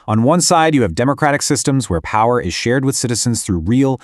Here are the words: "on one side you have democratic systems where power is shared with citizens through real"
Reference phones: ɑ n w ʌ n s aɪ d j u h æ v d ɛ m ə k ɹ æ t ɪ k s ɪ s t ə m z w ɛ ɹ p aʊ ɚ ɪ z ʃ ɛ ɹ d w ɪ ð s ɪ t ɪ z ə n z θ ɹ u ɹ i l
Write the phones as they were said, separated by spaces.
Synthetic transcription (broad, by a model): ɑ n w ʌ n s aɪ d j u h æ v d ɛ m ə k ɹ æ t ɪ k s ɪ s t ə m z w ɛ ɹ p aʊ ɚ ɪ z ʃ ɛ ɹ d w ɪ ð s ɪ t ɪ z ə n z θ ɹ u ɹ i l